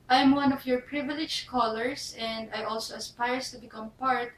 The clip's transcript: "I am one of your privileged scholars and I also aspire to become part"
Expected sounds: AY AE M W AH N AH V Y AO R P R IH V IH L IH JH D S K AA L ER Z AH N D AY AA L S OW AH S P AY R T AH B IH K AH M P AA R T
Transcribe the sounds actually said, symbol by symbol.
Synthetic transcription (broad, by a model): AY M W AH N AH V Y AO R P R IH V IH L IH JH K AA L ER S AH N D AY AA L S OW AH S P AY R T AH B IH K AH M P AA R T